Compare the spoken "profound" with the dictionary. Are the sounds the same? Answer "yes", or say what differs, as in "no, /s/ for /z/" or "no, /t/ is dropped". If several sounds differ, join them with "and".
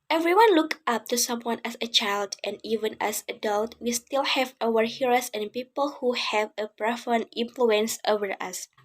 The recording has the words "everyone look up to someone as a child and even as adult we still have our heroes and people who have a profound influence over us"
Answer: no, /d/ is dropped